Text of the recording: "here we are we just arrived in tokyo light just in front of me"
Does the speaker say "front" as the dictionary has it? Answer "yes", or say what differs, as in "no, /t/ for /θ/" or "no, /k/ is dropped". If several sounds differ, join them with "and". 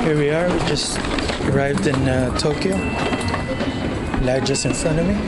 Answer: no, /ɹ/ is dropped and /t/ is dropped